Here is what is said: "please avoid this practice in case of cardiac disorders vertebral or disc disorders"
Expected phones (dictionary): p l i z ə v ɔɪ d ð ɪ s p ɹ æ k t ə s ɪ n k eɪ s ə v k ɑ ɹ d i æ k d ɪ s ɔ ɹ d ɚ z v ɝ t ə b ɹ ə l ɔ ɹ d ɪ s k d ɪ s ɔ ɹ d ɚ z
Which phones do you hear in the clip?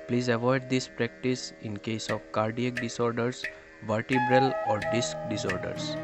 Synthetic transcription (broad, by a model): p l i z ə v ɔɪ d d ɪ s p ɹ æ k t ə s ɪ n k eɪ s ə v k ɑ ɹ d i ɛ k d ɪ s ɔ ɹ d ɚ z v ɝ t ə b ɹ ə l ɔ ɹ d ɪ s k d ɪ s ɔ ɹ d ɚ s